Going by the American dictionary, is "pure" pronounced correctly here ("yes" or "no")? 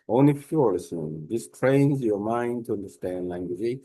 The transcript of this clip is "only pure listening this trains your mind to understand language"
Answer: no